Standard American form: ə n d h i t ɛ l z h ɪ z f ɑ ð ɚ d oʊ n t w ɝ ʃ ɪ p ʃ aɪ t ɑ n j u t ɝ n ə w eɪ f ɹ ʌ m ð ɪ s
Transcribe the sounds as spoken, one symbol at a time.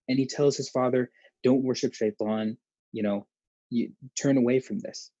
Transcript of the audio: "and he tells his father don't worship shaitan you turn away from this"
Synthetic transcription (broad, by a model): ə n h i t ɛ l z h ɪ z f ɑ ð ɚ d oʊ n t w ɝ ʃ ɪ p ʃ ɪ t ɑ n j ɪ t ɝ n ə w eɪ f ɹ ʌ m ð ɪ s